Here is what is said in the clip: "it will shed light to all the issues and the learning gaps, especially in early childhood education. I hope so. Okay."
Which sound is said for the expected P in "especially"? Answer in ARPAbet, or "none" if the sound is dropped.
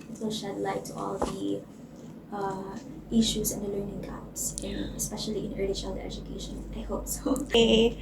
P